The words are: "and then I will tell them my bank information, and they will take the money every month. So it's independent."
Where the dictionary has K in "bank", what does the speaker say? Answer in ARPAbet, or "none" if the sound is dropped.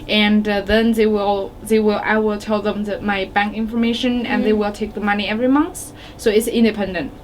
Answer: K